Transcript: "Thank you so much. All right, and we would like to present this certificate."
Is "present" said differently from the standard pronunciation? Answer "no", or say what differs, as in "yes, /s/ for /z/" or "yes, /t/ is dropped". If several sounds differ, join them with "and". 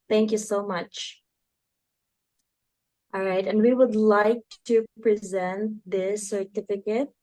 no